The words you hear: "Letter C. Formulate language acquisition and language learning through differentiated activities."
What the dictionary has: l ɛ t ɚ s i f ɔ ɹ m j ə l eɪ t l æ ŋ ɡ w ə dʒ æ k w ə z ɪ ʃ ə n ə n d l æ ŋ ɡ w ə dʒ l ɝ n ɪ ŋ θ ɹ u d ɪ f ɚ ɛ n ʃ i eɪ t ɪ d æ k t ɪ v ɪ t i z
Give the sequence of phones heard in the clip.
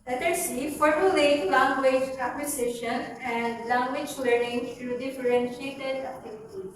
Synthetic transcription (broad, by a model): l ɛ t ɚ s i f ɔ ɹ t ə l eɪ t l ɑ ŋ ɡ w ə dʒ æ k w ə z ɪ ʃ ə n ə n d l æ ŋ ɡ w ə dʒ l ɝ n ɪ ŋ t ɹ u d ɪ f ɚ ɛ n ʃ i eɪ t ɪ d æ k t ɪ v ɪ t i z